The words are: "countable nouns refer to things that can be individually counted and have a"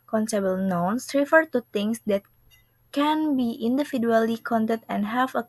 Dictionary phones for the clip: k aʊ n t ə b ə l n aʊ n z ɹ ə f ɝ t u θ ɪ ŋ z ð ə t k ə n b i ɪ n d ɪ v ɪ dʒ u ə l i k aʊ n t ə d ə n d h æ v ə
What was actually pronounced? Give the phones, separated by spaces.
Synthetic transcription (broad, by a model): k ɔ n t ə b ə l n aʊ n s ɹ ə f ɝ t u t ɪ ŋ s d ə t k ə n b i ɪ n d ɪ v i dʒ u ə l i k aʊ n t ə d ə n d h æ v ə